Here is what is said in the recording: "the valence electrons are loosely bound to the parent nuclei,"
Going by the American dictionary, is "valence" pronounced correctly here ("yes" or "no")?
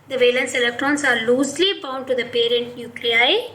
yes